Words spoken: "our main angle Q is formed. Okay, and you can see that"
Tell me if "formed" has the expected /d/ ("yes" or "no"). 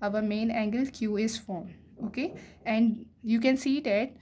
no